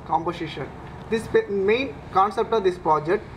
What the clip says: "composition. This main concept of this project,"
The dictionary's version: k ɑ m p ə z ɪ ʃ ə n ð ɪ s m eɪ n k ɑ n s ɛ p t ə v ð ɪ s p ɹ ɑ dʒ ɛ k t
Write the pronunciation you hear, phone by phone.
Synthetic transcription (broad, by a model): k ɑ m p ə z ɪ ʃ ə n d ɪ s m eɪ n k ɑ n s ɛ p t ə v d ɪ s p ɹ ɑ dʒ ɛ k t